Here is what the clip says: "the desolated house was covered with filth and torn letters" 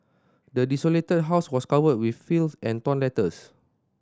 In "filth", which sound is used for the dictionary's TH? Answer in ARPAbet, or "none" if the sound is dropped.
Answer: S